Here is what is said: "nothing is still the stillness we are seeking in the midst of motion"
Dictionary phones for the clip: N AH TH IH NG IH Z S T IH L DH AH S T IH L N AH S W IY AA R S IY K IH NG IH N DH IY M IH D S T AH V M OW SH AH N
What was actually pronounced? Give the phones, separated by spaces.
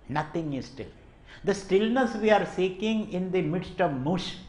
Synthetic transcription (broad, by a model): N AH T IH NG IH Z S T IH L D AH S T IH L N AH S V IY AA R S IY K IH NG IH N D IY M IH D S T AH V M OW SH